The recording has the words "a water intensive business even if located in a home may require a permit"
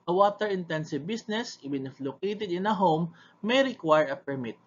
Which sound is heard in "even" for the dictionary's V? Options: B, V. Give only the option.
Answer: B